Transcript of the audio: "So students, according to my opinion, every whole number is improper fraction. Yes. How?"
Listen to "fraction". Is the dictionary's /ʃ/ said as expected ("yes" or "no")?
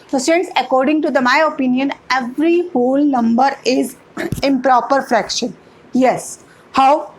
yes